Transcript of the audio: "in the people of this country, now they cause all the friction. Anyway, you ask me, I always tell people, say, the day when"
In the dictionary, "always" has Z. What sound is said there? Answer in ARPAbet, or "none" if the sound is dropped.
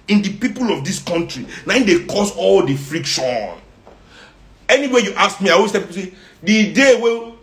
S